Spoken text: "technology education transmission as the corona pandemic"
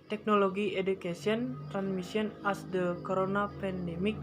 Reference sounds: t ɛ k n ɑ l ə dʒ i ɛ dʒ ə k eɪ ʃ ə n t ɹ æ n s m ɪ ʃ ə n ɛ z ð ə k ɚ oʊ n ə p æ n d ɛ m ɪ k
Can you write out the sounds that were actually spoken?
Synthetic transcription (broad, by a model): t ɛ k n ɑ l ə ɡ i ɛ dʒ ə k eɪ s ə n t ɹ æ n s m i s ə n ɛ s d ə k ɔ oʊ n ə p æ n d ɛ m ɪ k